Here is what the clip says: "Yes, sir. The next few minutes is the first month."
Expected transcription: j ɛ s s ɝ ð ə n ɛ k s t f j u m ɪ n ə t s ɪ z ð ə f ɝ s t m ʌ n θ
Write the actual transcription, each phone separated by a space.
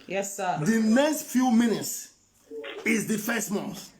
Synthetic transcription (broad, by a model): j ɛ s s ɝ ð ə n ɛ k s t f j u m ɪ n ə t s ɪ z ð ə f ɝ s t m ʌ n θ